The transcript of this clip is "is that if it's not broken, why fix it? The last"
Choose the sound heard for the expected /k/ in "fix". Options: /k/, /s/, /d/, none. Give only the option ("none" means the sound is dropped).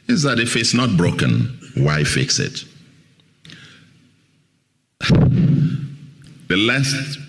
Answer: /k/